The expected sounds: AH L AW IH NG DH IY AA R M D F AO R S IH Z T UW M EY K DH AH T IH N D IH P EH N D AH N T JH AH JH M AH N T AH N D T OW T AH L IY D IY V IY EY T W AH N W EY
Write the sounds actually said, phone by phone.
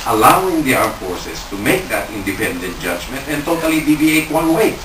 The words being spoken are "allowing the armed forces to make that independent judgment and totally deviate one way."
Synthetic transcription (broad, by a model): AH L AW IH NG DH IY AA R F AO R S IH S T UW M EY K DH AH T IH N D IH P EH N D AH N T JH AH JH M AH N T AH N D T OW T AH L IY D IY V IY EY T W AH N W EY